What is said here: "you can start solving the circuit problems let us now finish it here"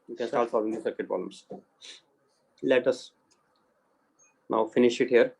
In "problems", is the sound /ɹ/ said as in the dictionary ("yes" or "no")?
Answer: no